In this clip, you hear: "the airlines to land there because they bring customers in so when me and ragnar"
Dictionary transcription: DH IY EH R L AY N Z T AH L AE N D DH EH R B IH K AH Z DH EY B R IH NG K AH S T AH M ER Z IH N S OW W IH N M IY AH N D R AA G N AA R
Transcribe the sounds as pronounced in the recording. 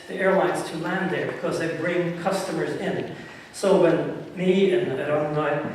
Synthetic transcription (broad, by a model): DH IY EH R L AY N Z T AH L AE N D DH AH R B IH K AH Z DH EY B R IH NG K AH S T AH M ER Z IH N S OW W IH N M IY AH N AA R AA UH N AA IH